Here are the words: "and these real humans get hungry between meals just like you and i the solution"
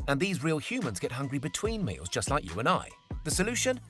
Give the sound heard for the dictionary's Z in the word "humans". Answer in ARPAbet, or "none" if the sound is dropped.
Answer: Z